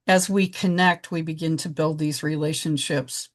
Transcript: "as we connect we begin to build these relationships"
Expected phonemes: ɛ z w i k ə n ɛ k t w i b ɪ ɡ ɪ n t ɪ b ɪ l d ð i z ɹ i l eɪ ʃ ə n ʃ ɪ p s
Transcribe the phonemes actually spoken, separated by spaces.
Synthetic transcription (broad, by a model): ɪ z w i k ə n ɛ k t w i b ɪ ɡ ɪ n t ɪ b ɪ l d ð i z ɹ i l eɪ ʃ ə n ʃ ɪ p s